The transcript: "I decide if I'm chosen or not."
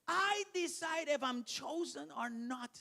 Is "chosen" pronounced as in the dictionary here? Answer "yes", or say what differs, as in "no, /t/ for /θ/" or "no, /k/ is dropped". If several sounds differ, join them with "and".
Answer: yes